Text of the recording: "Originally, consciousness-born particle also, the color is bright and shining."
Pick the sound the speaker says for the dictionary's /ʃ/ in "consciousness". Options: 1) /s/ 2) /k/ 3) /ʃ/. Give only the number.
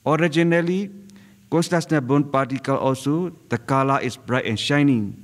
1